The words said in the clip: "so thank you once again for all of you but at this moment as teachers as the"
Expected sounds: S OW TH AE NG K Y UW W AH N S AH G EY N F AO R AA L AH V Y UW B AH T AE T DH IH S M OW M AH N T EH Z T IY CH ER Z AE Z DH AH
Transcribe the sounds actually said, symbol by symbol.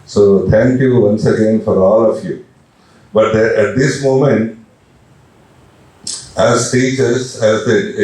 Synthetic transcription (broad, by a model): S OW T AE NG K Y UW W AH N S AH G EY N F AO R AA L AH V Y UW B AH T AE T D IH S M OW M AH N T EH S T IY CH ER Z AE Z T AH